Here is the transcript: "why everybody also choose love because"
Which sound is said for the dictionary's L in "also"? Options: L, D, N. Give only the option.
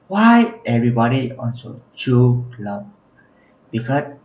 N